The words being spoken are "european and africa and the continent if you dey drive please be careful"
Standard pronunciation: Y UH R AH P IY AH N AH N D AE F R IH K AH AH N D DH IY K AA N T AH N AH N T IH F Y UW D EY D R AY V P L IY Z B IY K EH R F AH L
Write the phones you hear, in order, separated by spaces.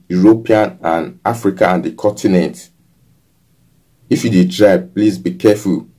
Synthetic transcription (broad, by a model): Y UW R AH P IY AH N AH N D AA F R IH K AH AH N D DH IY K AA N T AH N AH N T IH F Y UW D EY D R AY B P L IY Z B IY K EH F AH L